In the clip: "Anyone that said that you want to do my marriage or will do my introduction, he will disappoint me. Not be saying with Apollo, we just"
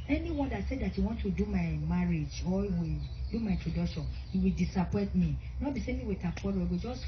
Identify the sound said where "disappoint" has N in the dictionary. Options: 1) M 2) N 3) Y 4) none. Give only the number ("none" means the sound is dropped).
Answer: 4